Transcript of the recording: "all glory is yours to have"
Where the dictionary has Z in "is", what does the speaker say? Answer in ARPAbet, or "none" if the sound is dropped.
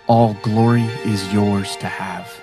Z